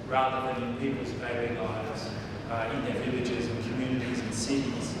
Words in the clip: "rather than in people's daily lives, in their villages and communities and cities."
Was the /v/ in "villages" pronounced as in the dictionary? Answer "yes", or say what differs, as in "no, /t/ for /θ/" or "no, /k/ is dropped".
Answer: yes